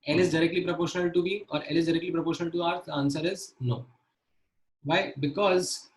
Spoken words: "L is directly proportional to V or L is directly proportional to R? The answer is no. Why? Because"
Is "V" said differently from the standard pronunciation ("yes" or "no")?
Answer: yes